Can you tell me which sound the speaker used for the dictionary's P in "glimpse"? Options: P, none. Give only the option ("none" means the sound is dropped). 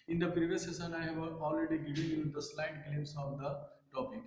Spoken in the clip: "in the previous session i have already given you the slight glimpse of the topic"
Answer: none